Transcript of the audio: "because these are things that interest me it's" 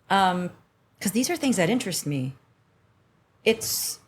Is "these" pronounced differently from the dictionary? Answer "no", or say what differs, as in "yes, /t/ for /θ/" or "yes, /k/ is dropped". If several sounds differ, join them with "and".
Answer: no